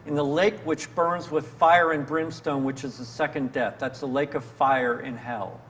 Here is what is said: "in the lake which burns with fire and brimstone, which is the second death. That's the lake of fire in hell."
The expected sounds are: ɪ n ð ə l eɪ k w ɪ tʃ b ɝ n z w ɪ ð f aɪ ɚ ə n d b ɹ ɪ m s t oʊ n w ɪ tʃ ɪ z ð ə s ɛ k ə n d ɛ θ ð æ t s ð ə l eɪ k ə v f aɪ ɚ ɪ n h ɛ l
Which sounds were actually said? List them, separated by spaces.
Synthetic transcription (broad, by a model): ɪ n ð ə l eɪ k w ɪ tʃ b ɝ n z w ɪ ð f aɪ ɚ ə n b ɹ ɪ m s t oʊ n w ɪ tʃ ɪ z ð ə s ɛ k ə n d ɛ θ ð æ t s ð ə l eɪ k ə v f aɪ ɚ ɪ n h ɛ l